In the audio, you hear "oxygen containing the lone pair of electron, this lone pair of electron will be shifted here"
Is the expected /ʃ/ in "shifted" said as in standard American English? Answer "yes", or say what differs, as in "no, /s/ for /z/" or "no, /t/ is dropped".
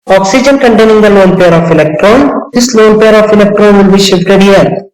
yes